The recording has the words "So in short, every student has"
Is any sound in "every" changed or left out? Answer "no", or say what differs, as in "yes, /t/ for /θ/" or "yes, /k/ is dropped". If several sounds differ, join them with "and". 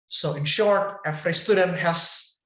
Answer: yes, /f/ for /v/